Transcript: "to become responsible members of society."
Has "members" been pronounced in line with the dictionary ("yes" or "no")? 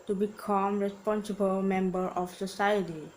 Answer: no